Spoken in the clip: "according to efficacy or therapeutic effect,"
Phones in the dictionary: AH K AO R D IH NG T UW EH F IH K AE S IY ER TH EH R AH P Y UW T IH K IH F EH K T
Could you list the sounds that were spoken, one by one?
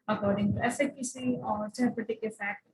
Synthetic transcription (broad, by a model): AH K AO R D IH NG T UW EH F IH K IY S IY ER S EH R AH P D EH T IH K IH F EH K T